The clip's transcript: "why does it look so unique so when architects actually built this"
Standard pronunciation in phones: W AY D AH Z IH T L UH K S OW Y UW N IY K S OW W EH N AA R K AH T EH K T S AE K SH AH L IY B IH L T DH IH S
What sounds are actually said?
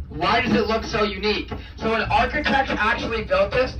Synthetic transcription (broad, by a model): W AY D AH Z IH T L UH K S OW Y UW N IY K S OW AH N AA R K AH T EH K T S AE K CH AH L IY B IH L T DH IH S